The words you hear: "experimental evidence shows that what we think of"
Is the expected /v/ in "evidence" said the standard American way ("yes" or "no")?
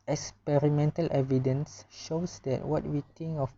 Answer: yes